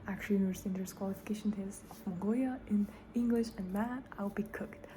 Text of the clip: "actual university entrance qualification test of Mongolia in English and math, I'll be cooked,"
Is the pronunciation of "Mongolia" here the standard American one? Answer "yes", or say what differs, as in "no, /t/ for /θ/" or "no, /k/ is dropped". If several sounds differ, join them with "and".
no, /l/ is dropped